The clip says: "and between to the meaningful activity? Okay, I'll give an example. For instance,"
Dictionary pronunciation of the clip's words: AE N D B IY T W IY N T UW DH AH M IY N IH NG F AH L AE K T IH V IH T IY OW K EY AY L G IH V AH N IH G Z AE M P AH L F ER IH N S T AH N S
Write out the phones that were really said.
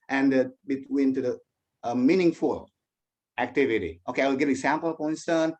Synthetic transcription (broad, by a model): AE N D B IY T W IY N T UW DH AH M IY N IH NG F AH L AE K T IH V IH T IY OW K EY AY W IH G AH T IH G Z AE M P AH L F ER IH N S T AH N